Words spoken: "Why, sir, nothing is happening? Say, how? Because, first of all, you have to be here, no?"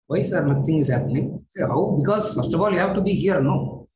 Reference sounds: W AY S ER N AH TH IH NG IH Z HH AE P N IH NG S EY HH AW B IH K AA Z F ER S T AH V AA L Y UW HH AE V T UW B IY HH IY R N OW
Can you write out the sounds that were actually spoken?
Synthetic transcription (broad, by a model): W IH S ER N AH T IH NG IH Z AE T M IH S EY HH AW B IH K AA Z F ER S T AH F AA L Y UW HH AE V T UW B IY HH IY R N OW